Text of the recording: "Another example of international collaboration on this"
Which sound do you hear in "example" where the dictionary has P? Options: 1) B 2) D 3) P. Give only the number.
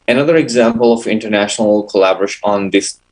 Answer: 3